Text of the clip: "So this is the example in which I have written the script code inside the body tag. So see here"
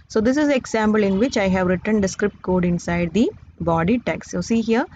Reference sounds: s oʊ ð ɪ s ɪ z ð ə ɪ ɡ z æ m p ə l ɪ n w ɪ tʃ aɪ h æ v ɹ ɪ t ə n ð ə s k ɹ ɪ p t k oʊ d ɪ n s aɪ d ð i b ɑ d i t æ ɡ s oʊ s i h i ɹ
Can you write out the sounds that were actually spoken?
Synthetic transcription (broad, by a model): s oʊ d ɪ s ɪ z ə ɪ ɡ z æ m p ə l ɪ n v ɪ tʃ aɪ h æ v ɹ ɪ t ə n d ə s k ɹ ɪ p t k oʊ d ɪ n s aɪ d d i b ɑ d i t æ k s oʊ s i h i ɹ